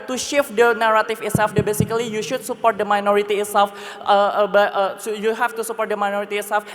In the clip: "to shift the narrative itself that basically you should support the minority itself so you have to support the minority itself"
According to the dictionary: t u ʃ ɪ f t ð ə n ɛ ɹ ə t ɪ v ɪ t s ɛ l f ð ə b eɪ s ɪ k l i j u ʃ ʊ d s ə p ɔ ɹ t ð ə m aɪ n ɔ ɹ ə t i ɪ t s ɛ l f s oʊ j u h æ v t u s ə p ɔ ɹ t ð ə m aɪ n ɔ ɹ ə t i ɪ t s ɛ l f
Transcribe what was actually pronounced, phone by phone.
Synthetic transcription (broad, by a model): t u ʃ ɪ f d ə n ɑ ɹ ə t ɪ f ɪ t s ɛ l f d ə b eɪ s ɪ k l i j u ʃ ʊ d s ə p ɔ ɹ t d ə m aɪ n ɔ ɹ ə t i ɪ t s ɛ l f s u j u h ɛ f t u s ə p ɔ ɹ t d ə m aɪ n ɔ ɹ ə t i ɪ t s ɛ l f